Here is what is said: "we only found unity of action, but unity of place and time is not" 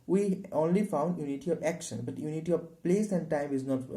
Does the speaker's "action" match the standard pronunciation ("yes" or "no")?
yes